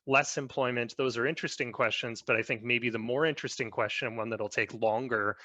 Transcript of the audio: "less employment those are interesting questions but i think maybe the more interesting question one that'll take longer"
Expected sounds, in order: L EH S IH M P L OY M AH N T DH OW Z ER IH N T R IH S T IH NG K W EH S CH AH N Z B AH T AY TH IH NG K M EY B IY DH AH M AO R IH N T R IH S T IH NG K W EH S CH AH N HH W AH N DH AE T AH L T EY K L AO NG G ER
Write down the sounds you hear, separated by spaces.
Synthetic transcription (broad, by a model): L EH S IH M P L OY M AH N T DH OW Z ER IH N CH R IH S T IH NG K W EH S CH AH N Z B AH T AY TH IH NG K M EY B IY DH AH M AO R IH N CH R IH S T IH NG K W EH S CH AH N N W AH N DH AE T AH L T EY K L AO NG G ER